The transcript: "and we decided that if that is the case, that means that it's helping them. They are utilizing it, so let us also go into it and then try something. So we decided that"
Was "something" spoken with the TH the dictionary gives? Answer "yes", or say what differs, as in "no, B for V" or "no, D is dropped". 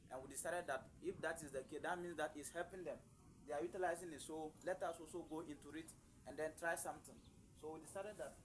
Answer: no, T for TH